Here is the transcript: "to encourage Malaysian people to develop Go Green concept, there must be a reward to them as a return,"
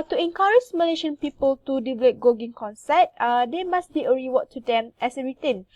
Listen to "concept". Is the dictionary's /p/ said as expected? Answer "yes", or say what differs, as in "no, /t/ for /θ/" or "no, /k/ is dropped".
no, /p/ is dropped